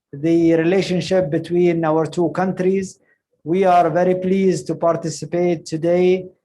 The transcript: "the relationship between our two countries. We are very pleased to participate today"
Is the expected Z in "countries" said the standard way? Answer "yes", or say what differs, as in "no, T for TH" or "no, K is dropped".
yes